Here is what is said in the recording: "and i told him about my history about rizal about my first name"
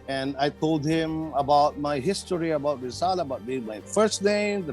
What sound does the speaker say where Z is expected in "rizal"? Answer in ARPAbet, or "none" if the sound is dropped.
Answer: S